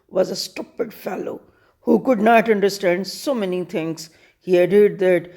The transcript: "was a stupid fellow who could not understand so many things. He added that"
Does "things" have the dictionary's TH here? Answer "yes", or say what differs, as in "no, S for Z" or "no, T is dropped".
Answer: no, T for TH